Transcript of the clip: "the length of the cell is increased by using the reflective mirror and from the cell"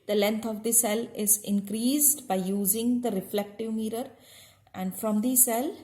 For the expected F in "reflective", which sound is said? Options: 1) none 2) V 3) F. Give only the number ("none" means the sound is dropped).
3